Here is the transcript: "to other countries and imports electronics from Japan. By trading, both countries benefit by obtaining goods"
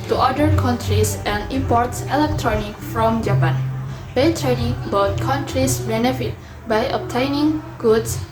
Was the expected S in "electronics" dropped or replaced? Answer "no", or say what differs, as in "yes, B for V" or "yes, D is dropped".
yes, S is dropped